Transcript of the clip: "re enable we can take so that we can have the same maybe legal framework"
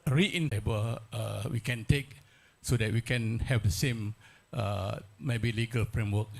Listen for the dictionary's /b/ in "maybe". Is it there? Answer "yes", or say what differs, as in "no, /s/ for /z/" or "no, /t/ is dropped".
yes